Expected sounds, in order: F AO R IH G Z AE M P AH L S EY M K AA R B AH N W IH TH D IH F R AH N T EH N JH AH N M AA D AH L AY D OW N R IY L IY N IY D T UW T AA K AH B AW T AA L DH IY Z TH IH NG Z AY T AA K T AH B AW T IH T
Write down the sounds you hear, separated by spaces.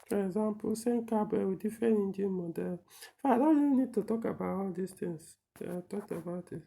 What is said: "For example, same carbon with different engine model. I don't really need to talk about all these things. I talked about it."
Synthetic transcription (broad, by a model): F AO R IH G Z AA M P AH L S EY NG K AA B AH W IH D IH F AH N IY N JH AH M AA D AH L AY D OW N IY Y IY N IY D T UW T AA K AH B AW T AA L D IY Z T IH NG S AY T AA K T AH B AW T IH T